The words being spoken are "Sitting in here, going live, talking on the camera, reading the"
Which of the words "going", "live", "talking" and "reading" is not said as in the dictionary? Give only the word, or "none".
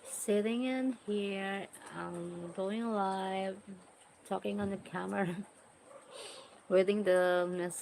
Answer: reading